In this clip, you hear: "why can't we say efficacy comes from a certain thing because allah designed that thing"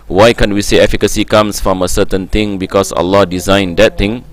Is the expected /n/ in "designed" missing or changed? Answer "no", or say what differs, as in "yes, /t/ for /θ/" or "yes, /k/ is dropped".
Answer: no